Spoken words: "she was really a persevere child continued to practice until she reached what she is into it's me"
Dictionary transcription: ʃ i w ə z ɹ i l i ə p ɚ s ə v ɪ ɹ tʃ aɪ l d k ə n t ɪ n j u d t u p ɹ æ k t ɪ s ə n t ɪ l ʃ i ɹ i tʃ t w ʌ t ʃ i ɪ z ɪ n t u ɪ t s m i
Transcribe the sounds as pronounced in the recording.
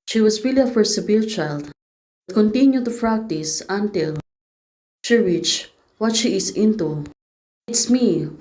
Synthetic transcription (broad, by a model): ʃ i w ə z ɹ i l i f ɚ s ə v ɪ l tʃ aɪ l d k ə n t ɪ n j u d t u p ɹ æ k t ɪ s ə n t ɪ l ʃ i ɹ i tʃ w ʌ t ʃ i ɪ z ɪ n t u ɪ t s m i